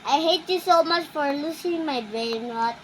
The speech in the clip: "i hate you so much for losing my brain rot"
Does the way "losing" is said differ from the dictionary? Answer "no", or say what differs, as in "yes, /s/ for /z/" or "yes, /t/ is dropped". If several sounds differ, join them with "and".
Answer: yes, /s/ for /z/